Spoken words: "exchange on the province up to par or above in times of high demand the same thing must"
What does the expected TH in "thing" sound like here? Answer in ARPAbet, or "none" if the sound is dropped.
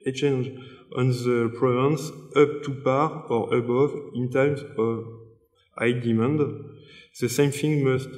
F